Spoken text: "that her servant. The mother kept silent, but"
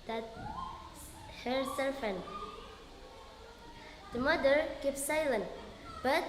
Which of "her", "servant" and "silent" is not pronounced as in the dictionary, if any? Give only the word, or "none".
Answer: servant